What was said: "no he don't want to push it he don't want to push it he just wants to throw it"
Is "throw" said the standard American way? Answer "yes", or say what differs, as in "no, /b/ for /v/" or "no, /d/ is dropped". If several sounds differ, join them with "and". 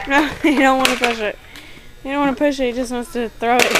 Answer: yes